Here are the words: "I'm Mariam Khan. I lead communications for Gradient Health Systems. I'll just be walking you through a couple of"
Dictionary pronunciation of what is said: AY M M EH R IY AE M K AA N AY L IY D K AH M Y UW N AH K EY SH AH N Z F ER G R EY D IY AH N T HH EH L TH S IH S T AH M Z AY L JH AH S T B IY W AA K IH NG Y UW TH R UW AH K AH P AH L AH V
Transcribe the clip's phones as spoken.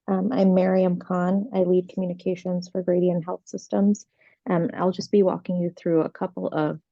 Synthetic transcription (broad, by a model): AY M M EH R IY AE M K AA N AY L IY D K M Y UW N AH K EY SH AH N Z F ER G R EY D IY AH N HH EH L TH S IH S T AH M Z AY L JH AH S B IY W AA K IH NG Y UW TH R UW AH K AH P L AH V